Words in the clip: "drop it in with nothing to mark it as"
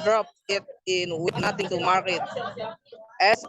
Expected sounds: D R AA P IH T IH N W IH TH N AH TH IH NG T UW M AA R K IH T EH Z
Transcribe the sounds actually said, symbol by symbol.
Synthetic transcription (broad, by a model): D R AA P IH T IH N W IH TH N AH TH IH NG T UW M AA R IH T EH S